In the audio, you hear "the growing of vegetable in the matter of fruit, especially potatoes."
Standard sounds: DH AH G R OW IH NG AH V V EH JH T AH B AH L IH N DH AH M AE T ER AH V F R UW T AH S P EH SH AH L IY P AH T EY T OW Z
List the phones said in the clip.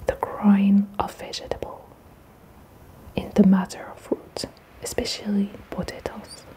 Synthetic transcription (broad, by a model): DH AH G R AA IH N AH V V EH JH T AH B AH L IH N DH AH M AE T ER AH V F UW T AH S P EH SH AH L IY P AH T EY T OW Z